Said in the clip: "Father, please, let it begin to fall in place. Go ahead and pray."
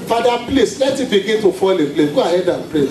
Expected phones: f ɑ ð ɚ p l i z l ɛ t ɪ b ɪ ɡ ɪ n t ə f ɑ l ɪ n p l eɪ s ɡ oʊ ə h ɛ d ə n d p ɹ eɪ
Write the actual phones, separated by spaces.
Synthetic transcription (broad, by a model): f ɑ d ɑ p l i s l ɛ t ɪ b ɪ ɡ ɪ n t ə f ɑ l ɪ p l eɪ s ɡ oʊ ə h ɛ d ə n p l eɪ